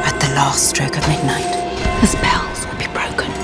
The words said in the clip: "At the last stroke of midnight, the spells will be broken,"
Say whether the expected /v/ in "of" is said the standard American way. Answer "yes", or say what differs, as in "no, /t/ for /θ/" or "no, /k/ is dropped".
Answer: yes